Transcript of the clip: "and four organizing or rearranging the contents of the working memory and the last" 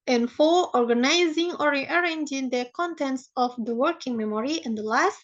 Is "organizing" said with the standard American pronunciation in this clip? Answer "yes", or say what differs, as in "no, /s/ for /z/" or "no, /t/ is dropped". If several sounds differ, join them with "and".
yes